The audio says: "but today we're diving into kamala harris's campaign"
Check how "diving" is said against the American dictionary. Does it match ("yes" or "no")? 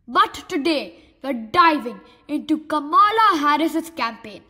yes